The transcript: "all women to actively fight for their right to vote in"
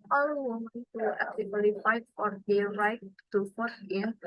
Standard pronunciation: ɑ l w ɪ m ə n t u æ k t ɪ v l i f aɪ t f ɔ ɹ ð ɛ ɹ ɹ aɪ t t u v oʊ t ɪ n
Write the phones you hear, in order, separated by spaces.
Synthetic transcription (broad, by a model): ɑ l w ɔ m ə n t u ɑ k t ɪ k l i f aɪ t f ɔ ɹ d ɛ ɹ ɹ aɪ t t u f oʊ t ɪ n